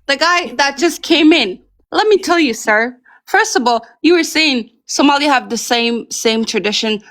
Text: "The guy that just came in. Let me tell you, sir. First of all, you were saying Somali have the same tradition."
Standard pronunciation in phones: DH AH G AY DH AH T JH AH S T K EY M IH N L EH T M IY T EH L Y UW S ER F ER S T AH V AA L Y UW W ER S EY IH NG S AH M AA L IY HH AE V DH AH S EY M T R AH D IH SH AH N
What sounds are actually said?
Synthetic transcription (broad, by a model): DH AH G AY DH AH T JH AH S K EY M IH N L EH T M IY T EH L Y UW S ER F ER S T AH V AA L Y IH W ER S EY IH NG S AH M AA L IY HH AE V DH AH S EY M T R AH D IH SH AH N